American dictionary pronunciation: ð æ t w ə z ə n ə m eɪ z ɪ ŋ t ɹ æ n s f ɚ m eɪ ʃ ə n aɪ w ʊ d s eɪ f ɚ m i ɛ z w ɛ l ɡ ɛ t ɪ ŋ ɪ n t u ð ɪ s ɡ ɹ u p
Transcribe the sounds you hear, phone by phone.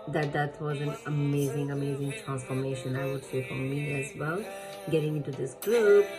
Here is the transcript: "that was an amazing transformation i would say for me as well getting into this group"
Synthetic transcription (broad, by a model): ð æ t w ə z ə n ə m eɪ z ɪ ŋ t ɹ æ n s f ɚ m eɪ ʃ ə n aɪ w ʊ d s eɪ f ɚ m i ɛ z w ɛ l ɡ ɛ t ɪ ŋ ɪ n t u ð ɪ s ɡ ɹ u p